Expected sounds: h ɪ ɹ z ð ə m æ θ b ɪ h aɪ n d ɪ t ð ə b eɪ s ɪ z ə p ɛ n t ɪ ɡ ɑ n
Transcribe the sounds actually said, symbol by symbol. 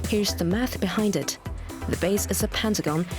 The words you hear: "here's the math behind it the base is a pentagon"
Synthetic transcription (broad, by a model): h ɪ ɹ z ð ə m æ θ b ɪ h aɪ n d ɪ t ð ə b eɪ s ɪ z ə p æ n t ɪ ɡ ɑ n